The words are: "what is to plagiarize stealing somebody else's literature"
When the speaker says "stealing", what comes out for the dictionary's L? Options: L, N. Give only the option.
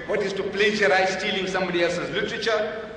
L